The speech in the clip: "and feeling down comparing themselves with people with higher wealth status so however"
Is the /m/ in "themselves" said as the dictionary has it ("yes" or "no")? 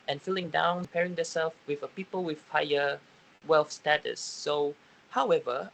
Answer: no